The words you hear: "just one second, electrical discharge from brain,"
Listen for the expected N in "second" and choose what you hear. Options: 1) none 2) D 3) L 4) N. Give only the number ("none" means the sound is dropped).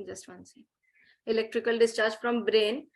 1